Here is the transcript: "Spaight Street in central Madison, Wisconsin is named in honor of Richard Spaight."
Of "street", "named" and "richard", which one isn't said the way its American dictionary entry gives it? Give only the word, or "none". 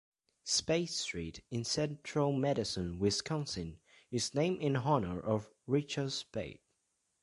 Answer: named